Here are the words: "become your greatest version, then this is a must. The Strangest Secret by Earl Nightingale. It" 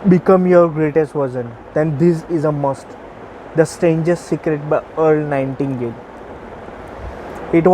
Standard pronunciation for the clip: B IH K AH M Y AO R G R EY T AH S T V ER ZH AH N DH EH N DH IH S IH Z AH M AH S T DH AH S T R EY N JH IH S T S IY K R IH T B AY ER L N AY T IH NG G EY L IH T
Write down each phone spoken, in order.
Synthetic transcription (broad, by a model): B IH K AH M Y AO R G R EY T AH S T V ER Z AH N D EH N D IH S IH Z AH M AH S T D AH S T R EY N JH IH S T S IY K R IH T B AY ER L N AY T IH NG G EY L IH T